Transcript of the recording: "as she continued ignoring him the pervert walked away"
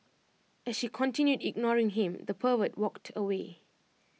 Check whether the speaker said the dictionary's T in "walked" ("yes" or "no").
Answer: yes